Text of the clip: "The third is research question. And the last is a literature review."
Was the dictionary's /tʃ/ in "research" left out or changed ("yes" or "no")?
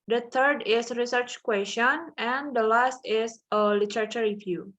no